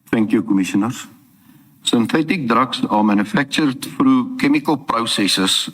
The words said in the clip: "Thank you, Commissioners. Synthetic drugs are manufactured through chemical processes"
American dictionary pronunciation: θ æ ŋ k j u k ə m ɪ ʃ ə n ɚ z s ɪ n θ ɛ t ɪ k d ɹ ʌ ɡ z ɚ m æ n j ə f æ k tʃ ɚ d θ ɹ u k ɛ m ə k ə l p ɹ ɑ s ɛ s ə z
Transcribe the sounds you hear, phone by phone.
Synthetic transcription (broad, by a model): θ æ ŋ k j u k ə m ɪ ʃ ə n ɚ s s ɪ n θ ɛ t ɪ k d ɹ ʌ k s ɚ m æ n j ə f æ k tʃ ɚ d f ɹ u k ɛ m ə k ə l p ɹ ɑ s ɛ s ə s